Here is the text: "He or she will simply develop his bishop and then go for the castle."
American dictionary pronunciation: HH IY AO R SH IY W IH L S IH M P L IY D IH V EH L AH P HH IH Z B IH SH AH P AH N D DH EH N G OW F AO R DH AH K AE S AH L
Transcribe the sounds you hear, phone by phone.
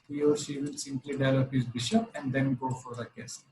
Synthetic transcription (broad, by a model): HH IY AO R SH IY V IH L S IH M P L IY D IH IH L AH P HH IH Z B IH SH AH P AH N D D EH N G OW F AO R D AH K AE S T